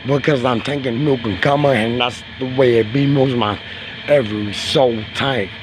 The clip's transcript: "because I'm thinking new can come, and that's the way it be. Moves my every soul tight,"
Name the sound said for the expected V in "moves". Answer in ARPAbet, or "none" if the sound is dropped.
none